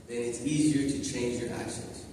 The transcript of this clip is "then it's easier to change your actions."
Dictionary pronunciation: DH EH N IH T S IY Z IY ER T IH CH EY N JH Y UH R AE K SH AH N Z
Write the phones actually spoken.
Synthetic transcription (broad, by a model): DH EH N IH T S IY Z IY ER T IH CH EY N JH Y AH R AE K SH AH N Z